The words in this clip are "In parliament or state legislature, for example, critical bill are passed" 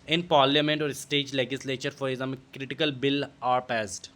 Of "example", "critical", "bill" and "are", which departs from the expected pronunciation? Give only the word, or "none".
example